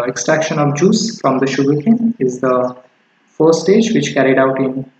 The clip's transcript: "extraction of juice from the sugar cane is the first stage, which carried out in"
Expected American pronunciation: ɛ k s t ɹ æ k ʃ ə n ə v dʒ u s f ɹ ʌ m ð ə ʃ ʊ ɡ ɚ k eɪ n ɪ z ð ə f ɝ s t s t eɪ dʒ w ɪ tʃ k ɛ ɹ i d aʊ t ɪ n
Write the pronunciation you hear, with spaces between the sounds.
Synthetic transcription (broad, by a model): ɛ k s t ɹ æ k ʃ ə n ə v dʒ u s f ɹ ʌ m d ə ʃ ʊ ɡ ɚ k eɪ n ɪ z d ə f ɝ t s t eɪ dʒ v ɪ tʃ k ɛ ɹ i d aʊ t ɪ n